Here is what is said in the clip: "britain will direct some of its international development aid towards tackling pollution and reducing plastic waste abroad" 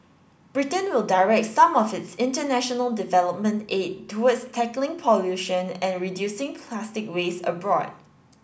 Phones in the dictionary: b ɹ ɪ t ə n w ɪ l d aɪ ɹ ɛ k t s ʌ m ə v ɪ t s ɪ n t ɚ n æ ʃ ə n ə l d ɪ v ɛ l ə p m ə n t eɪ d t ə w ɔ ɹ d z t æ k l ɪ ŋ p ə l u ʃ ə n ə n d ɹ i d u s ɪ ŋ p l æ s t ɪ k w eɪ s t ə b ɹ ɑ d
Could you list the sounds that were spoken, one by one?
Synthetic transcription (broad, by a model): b ɹ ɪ t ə n w ɪ l d aɪ ɹ ɛ k t s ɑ m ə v ɪ t s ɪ n t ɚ n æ ʃ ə n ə l d ɪ v ɛ l ə p m ə n t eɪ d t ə w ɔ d s t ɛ k l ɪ ŋ p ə l u ʃ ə n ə n ɹ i d u s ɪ ŋ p l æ s t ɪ k w eɪ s ə b ɹ ɑ d